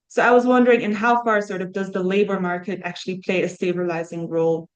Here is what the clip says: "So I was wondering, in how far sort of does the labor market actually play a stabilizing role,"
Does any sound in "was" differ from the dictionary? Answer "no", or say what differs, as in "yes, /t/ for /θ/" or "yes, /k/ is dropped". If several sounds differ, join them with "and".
no